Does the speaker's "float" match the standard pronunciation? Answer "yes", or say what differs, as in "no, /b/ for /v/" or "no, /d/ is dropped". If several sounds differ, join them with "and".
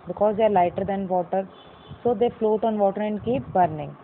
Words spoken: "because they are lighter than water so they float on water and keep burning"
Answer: yes